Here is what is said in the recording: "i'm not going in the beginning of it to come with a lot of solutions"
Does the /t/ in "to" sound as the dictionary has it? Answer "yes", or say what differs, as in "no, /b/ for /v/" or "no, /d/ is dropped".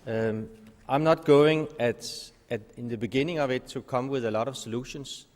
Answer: yes